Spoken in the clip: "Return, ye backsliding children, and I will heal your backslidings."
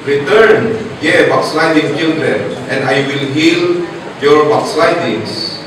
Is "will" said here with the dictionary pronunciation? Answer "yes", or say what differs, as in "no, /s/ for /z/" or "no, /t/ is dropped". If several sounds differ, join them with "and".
yes